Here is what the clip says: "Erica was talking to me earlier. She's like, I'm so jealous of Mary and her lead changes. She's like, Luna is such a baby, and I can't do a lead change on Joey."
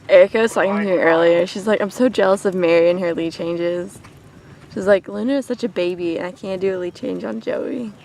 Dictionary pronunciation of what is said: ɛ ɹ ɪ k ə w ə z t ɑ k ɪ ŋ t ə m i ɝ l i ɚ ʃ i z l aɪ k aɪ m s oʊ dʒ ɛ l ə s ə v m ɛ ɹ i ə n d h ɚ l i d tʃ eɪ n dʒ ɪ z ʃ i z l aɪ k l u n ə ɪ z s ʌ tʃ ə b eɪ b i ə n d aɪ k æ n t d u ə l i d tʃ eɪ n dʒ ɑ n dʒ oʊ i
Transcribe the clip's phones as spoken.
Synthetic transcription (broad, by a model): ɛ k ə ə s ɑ ɪ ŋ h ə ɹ ɝ l i ɚ ʃ i z l aɪ k aɪ m s oʊ dʒ ɛ l ə s ə v m ɛ ɹ i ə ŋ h ɚ l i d tʃ eɪ n dʒ ɪ z ʃ i z l aɪ k l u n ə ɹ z s ʌ tʃ ə b eɪ b i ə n aɪ k æ n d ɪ ə l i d tʃ eɪ n dʒ n dʒ oʊ i